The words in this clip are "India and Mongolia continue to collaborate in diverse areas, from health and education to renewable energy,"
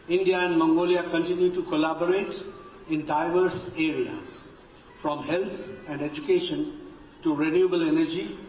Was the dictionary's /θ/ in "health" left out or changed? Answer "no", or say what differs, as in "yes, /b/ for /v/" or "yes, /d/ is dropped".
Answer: yes, /t/ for /θ/